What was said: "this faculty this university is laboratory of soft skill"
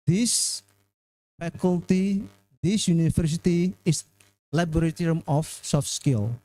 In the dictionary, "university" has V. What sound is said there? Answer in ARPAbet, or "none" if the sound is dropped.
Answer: F